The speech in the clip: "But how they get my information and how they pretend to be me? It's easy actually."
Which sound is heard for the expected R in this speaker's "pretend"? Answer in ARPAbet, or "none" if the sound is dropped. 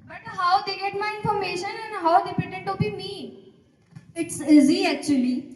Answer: none